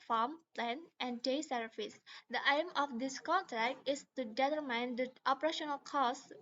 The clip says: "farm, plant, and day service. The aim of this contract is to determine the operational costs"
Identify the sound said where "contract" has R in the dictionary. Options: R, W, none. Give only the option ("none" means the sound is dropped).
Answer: R